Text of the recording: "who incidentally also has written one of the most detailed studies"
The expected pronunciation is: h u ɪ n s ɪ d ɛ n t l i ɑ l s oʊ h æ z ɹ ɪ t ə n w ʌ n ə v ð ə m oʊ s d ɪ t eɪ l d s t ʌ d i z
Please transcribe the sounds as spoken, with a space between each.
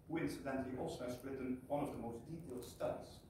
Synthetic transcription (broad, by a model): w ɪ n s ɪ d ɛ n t i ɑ l s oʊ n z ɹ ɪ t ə n w ʌ n ə v ð ə m oʊ s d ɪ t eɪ l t s t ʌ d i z